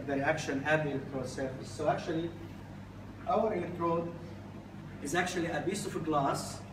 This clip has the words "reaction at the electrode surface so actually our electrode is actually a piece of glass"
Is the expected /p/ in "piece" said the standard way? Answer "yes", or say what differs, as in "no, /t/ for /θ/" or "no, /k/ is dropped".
no, /b/ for /p/